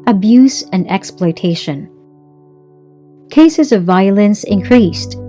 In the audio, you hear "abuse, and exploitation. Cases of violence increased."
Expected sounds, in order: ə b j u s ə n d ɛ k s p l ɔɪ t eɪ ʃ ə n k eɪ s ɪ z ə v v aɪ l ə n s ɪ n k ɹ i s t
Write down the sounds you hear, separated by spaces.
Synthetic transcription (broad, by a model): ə b j u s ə n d ɛ k s p l ɔɪ t eɪ ʃ ə n k eɪ s ɪ z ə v v aɪ l ə n s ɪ n k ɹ i s t